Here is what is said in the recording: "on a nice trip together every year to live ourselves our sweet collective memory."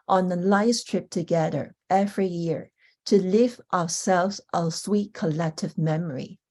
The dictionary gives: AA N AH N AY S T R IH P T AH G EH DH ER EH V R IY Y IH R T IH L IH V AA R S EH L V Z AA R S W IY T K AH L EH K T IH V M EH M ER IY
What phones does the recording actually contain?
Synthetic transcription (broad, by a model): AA N AH L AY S T R IH P T AH G EH DH ER EH V R IY Y IH R T IH L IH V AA R S EH L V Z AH S W IY T K AH L EH K T IH V M EH M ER IY